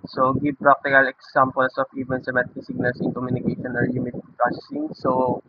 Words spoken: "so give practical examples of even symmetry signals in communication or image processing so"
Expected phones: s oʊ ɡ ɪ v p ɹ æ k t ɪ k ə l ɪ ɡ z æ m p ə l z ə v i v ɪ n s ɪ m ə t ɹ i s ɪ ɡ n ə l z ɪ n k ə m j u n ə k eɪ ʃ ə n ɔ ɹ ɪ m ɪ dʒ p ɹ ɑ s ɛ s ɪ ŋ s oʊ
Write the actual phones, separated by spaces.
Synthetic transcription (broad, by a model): s oʊ ɡ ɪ b p ɹ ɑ k t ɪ k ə l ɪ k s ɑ m p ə l s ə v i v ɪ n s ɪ m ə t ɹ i s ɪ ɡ n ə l s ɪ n k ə m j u n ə k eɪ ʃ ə n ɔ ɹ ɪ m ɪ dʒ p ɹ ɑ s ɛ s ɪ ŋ s oʊ